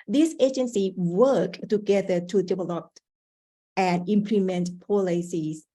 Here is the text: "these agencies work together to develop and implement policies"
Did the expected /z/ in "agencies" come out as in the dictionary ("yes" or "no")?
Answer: no